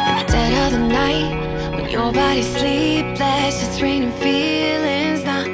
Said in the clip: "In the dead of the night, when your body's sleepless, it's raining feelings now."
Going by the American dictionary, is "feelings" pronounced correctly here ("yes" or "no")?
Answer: yes